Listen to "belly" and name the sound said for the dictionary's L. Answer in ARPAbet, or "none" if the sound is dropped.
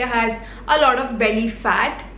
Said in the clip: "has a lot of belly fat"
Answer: N